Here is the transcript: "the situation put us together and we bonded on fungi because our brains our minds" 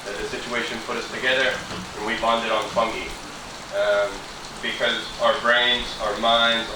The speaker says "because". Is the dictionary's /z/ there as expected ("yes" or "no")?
yes